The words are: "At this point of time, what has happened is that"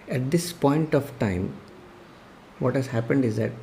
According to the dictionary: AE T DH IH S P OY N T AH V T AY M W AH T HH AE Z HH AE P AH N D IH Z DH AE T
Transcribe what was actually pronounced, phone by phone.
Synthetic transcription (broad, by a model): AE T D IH S P OY N T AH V T AY M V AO T HH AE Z HH AE P AH N D IH Z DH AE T